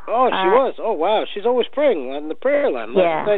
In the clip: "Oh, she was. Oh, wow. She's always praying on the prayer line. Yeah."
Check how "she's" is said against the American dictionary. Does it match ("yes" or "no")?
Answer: yes